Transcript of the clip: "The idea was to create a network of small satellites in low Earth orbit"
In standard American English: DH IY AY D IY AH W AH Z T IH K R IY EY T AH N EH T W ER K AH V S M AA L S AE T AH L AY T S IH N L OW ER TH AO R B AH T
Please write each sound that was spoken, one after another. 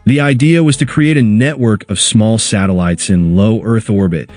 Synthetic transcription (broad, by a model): DH IY AY D IY AH W AH Z T IH K R IY EY T AH N EH T W ER K AH V S M AA L S AE T AH L AY T S IH N L OW ER TH AO R B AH T